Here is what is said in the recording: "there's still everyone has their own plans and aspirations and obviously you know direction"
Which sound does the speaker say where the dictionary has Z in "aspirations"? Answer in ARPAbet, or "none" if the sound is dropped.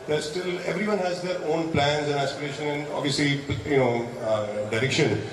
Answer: none